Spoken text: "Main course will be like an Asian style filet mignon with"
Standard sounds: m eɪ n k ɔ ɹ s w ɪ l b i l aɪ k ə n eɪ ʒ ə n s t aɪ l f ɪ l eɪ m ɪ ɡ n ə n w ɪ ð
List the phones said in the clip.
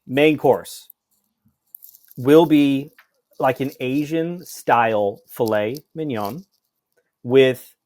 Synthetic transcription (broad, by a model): m eɪ n k ɔ ɹ s w ɪ l b i l aɪ k ə n eɪ ʒ ə n s t aɪ l f ɪ l eɪ m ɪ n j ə n w ɪ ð